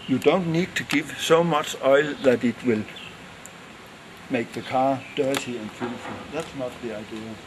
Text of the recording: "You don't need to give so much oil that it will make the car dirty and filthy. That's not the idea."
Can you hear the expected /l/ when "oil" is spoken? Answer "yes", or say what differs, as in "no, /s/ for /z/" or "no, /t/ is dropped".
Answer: yes